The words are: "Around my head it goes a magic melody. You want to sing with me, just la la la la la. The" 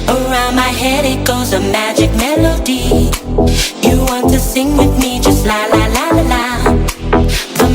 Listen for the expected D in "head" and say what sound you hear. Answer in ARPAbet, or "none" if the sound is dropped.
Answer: D